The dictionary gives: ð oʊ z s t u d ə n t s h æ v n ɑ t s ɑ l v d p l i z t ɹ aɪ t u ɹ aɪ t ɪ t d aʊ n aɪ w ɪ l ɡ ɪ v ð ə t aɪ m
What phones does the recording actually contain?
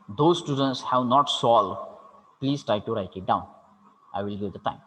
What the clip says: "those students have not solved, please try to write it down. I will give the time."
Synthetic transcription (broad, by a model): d oʊ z s t u d ə n t s h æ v n ɑ t s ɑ l d p l i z t ɹ aɪ t u ɹ aɪ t ɪ t d aʊ n aɪ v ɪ l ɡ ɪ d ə t aɪ m